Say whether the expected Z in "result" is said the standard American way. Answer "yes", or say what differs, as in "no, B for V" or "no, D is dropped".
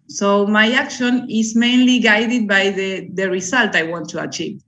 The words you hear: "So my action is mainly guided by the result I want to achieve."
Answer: no, S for Z